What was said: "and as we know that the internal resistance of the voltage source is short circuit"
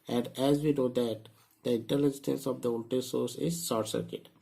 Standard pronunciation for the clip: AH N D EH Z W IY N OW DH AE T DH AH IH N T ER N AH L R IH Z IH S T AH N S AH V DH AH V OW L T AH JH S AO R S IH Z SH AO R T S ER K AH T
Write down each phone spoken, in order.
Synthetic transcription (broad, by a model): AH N D EH Z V IY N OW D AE T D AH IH N T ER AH L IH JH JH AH N S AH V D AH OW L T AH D S AO R S IH Z S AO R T S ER K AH T